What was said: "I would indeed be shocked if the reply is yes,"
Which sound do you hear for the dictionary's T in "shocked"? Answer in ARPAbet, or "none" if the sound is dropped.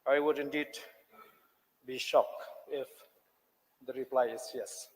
none